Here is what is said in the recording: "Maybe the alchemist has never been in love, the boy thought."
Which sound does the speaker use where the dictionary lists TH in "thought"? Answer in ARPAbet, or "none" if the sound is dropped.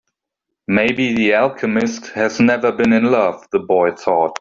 TH